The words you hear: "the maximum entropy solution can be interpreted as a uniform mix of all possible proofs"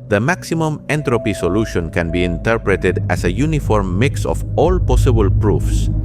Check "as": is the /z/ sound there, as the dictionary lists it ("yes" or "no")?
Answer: no